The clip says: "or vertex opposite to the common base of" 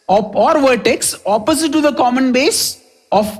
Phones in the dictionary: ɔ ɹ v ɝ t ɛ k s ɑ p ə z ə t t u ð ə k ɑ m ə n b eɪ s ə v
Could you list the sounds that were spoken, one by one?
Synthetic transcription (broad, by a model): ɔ ɹ v ɝ t ɛ k s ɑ p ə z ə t t u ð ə k ɑ m ə n b eɪ s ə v